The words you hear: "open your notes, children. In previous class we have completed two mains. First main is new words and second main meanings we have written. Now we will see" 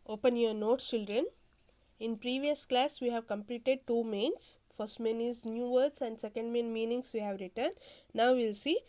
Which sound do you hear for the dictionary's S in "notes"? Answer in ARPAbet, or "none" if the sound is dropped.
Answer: none